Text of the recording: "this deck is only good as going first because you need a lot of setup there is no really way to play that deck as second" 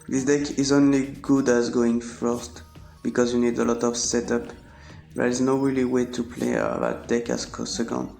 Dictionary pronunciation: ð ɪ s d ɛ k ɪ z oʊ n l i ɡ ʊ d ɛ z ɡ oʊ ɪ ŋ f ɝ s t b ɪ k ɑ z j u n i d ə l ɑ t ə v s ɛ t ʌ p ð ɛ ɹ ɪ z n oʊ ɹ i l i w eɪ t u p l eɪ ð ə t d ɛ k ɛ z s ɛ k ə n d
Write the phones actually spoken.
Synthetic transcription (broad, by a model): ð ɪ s d ɛ k ɪ z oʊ n l i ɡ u d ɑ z ɡ oʊ ɪ ŋ f ɝ s t b ɪ k ɑ z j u n i d ə l ɑ t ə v s ɛ t ʌ p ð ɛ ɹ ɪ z n oʊ ɹ i l i w eɪ t u p l eɪ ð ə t d ɛ k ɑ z s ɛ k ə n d